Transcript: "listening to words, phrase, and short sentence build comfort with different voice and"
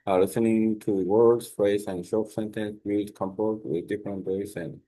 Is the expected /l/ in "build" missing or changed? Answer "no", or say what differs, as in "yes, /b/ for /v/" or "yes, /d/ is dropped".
yes, /l/ is dropped